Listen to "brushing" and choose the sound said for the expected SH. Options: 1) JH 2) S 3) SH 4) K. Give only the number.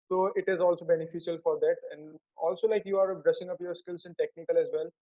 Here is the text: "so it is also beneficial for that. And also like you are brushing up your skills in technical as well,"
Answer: 2